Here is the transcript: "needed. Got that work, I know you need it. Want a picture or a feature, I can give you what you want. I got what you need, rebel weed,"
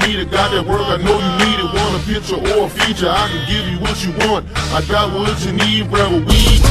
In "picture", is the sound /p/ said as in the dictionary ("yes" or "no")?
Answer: yes